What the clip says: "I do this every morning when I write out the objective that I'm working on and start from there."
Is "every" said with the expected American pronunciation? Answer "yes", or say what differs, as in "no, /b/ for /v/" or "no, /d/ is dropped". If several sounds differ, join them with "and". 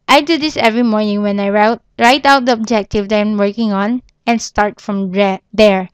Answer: yes